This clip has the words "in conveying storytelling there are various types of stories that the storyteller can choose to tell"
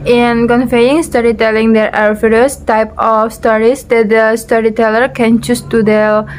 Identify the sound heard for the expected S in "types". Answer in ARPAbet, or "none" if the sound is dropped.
none